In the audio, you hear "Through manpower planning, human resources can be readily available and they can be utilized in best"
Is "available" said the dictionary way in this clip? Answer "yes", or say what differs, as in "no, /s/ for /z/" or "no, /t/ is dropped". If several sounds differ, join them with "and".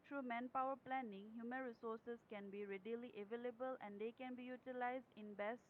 yes